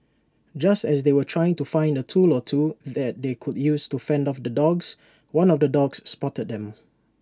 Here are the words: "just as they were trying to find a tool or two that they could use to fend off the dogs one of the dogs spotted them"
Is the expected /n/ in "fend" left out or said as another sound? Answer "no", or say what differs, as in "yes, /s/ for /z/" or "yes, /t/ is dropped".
no